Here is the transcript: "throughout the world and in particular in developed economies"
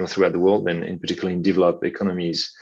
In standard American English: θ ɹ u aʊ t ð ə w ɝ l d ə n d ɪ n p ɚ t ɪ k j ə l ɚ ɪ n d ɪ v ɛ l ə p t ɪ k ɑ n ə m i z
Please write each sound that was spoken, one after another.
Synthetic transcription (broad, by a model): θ ɹ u aʊ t ð ə w ɝ l d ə n ɪ n p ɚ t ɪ k j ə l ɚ ɪ n d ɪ v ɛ l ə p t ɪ k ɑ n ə m i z